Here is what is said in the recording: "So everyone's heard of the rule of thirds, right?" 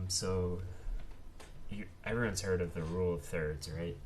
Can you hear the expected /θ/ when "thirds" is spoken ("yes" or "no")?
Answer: yes